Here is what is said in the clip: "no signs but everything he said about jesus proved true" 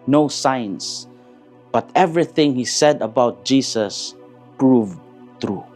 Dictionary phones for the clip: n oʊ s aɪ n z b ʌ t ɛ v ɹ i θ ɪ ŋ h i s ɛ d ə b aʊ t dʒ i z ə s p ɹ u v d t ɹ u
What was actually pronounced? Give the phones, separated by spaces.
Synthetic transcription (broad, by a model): n oʊ s aɪ n s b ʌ t ɛ v ɹ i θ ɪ ŋ h i s ɛ d ə b aʊ t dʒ i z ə s p ɹ u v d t ɹ u